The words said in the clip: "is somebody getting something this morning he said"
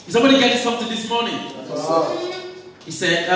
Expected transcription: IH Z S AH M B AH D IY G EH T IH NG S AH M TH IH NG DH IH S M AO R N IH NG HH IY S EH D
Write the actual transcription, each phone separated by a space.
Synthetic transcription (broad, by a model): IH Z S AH B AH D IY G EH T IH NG S AH M TH IH NG DH IH S M AO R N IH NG HH IY S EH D